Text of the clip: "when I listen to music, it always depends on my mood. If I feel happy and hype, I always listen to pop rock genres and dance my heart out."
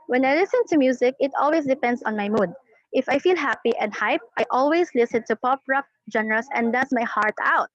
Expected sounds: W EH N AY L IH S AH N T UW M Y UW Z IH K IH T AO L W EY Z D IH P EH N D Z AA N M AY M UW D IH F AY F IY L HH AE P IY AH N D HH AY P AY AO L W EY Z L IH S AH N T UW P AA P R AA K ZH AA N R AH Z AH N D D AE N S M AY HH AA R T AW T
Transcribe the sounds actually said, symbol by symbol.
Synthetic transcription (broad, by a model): W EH N AY L IH S AH N T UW M Y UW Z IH K IH T AO L W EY S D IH P EH N D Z AA N M AY M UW D IH F AY F IY L HH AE P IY AH N D HH AY P AY AO L W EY S L IH S AH N T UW P AA P R AA K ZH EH N R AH S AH N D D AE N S M AY HH AA R T AW T